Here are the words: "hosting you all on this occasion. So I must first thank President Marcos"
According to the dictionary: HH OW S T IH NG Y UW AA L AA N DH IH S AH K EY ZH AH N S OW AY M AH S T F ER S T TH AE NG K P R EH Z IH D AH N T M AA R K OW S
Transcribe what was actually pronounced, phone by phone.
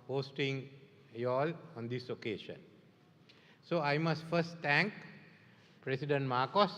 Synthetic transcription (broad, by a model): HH OW S T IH NG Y AA L AA N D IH S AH K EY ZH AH N S OW AY M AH S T F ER S T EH NG K P R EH S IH D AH N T M AA K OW S